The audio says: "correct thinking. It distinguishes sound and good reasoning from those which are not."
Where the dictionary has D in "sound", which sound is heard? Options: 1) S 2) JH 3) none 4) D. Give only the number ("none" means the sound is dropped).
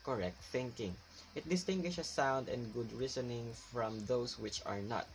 4